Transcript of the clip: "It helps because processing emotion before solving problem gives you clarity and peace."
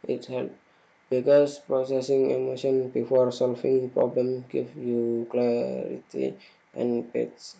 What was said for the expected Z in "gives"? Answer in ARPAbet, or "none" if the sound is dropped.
none